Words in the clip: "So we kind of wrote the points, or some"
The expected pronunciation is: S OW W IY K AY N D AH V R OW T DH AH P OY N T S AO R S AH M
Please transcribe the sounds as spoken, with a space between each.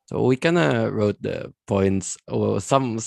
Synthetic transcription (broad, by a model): S OW W IY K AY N AH R OW T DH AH P OY N T S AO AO S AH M